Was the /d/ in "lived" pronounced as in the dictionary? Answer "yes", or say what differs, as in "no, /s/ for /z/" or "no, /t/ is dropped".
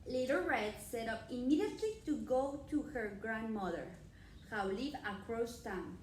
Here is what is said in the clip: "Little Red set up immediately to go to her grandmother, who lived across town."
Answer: no, /d/ is dropped